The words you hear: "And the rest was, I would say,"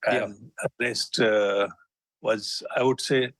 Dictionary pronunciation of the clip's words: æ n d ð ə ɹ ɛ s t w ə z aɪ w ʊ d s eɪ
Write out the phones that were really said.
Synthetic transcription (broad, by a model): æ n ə l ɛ s t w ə z aɪ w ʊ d s eɪ